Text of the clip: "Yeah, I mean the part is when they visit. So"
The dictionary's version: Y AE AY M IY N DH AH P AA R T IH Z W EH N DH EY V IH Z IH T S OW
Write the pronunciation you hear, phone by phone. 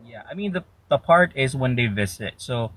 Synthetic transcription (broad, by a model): Y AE AY M IY N DH AH P AA R T IH Z W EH N DH EY V IH Z IH T S OW